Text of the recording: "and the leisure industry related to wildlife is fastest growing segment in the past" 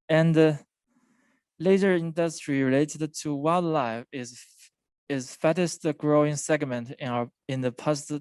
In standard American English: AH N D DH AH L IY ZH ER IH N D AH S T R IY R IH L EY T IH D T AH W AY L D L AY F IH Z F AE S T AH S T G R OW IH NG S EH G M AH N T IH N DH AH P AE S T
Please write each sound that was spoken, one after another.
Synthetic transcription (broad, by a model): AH N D DH AH L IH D ER IH N D AH S T R IY R IH L EY T IH D T AH W AY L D L AY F IH Z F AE T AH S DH G R OW IH NG S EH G M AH N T IH N DH AH P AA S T